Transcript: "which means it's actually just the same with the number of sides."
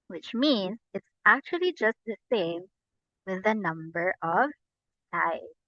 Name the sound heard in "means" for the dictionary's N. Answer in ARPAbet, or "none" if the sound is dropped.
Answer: N